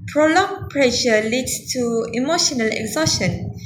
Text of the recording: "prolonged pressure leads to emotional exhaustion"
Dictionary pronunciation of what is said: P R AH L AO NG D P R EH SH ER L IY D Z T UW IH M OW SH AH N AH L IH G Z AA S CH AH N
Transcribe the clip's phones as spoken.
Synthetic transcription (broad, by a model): P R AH L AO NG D P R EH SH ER L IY D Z T UW IH M OW SH AH N AH L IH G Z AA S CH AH N